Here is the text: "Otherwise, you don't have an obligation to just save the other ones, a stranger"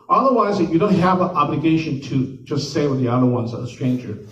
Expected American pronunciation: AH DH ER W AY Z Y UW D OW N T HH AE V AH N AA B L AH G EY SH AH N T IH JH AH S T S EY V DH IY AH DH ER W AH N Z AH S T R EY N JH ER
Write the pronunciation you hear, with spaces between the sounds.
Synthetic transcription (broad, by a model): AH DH ER W AY Z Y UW D OW N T HH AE V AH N AA B L AH G EY SH AH N T IH JH AH S T S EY W DH IY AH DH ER W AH N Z AH S T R EY N JH ER